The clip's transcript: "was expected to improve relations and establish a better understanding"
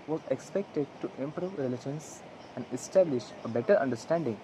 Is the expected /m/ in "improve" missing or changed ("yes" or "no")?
no